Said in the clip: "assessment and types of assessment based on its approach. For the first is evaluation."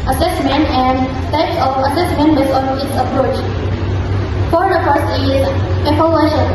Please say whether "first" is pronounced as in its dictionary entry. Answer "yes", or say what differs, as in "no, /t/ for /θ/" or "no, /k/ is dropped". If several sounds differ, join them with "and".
no, /t/ is dropped